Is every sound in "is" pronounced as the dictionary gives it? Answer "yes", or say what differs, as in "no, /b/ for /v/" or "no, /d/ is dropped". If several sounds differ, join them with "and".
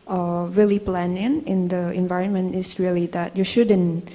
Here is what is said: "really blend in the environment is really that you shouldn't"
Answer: no, /s/ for /z/